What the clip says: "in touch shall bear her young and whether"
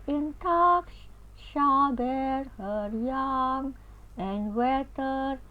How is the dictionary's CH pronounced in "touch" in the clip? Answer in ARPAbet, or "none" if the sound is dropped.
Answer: S